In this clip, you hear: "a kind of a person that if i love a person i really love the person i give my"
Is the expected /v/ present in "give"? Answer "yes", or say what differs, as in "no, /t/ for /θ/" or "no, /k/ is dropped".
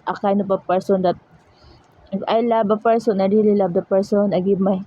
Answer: no, /b/ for /v/